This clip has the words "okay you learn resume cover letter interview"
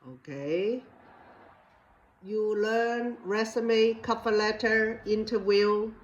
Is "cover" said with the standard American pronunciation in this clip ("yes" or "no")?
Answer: no